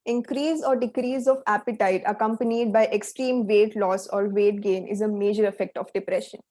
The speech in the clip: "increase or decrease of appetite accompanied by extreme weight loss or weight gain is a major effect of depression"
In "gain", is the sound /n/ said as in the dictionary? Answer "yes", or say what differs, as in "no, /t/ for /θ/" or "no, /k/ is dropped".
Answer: yes